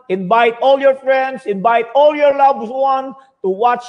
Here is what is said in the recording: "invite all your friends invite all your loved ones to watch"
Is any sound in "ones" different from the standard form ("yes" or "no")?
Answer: yes